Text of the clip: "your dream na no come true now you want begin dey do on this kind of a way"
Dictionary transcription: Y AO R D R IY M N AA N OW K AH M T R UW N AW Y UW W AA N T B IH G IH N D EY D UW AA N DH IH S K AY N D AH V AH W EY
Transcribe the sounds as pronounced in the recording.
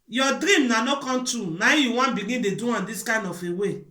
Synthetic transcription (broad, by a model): Y AO D R IY M N AA N OW K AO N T UW N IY Y UW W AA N B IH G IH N D EY D UW AA N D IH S K AY N D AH F AH W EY